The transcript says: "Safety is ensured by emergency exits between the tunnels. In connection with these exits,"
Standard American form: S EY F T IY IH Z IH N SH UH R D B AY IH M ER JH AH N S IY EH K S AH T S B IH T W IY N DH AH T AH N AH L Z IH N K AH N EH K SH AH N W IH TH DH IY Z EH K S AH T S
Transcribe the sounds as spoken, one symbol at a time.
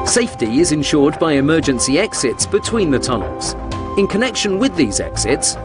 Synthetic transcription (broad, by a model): S EY F T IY IH Z IH N SH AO D B AY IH M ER JH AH N S IY EH K S AH T S B IH T W IY N DH AH T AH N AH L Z IH N K AH N EH K SH AH N W IH DH IY Z EH K S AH T S